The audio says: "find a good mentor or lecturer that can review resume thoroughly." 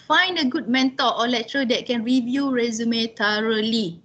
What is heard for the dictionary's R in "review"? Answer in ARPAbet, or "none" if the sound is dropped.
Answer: R